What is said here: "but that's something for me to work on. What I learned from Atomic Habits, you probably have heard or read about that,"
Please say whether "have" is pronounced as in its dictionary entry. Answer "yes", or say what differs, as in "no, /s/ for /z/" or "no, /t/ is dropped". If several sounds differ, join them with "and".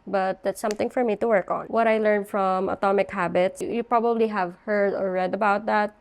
yes